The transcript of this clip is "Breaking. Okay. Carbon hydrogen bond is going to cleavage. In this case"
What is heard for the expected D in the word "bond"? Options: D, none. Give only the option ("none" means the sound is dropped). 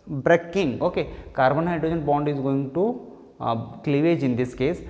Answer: D